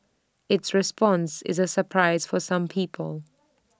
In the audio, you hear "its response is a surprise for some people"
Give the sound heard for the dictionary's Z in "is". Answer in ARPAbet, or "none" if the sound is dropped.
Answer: Z